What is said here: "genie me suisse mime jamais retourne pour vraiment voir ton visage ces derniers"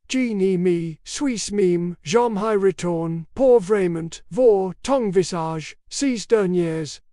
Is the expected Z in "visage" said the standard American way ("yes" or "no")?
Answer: no